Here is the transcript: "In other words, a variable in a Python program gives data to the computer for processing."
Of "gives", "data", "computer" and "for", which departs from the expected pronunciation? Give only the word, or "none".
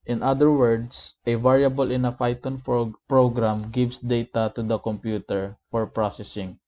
gives